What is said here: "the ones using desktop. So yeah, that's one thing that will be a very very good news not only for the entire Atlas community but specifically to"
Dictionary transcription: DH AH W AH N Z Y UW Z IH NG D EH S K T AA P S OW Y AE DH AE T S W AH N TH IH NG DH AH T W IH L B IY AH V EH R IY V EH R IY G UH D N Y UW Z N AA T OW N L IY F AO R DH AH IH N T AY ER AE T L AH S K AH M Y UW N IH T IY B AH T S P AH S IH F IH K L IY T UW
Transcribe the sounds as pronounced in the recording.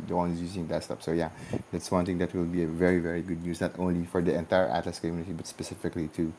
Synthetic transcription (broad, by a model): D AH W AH N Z Y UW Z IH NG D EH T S T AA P S OW Y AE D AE T S W AH N T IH NG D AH T W IH L B IY AH V EH R IY V EH R IY G UH D N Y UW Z N AA T OW N L IY F AO R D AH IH N T AY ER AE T L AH S K AH M Y UW N IH T IY B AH T S P AH S IH F IH K L IY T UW